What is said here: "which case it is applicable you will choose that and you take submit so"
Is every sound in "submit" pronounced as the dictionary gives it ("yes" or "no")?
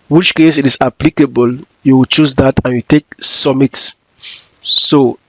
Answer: no